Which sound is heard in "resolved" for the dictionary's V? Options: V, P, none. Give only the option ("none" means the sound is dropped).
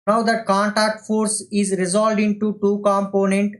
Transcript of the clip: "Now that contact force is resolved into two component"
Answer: none